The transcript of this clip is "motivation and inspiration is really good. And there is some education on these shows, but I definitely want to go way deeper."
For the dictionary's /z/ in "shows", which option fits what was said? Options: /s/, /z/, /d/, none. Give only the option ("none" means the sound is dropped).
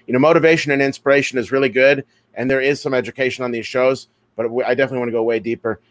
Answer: /z/